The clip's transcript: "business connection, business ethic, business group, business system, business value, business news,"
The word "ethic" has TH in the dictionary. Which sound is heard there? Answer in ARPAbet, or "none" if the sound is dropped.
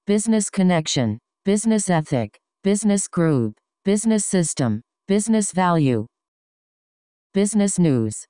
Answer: TH